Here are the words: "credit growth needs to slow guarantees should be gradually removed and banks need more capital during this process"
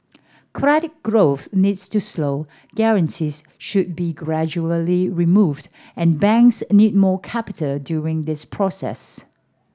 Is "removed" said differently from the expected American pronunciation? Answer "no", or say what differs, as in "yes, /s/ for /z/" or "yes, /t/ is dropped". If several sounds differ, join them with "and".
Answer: no